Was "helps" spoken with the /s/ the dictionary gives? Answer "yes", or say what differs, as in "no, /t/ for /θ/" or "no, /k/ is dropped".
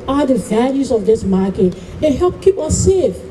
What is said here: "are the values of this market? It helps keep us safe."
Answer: no, /s/ is dropped